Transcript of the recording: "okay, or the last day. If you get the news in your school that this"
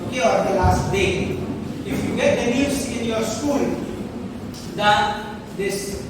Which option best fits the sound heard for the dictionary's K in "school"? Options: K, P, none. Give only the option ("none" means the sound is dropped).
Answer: K